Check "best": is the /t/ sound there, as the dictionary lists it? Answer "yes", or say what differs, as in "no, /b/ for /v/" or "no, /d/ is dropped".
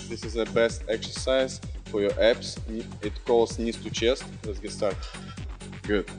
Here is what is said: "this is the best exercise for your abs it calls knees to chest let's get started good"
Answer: yes